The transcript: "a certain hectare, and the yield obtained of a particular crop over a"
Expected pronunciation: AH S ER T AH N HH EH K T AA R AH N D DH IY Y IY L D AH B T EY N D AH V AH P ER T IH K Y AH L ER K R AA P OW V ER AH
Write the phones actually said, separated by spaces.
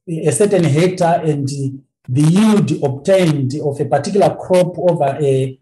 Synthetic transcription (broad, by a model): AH S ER T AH N HH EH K T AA AH N D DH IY Y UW D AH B T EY N D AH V AH P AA T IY K Y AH L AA K R AA P OW V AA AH